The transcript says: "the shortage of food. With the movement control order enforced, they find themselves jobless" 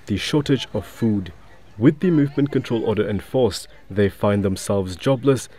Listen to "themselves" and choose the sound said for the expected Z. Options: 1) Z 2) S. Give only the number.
1